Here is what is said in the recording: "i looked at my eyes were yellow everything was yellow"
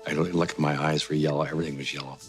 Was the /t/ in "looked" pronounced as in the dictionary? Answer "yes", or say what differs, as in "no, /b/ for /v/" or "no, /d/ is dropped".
no, /t/ is dropped